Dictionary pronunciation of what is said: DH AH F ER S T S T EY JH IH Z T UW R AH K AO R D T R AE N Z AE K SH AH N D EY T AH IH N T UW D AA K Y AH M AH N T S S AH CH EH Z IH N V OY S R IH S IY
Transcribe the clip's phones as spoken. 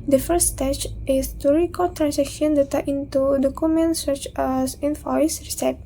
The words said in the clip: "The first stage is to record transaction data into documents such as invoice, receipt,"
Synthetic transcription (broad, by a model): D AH F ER T S T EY CH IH S T UW R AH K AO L T R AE N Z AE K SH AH N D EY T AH IH N T UW D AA K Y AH M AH N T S S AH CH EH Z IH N F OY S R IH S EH